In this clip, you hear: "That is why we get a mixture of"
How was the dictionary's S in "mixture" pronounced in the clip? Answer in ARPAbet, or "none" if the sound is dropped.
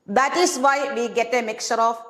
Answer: none